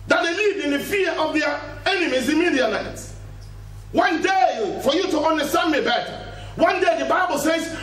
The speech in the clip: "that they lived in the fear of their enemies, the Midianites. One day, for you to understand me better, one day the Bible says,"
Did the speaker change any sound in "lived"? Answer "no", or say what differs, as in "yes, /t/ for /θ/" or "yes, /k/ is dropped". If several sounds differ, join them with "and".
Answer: yes, /d/ is dropped